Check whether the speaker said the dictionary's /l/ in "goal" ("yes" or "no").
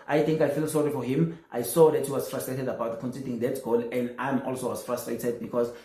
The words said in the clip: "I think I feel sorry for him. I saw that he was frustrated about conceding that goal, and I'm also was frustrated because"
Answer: yes